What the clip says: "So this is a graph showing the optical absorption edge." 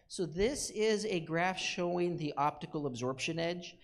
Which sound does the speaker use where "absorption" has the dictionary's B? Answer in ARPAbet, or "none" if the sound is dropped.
B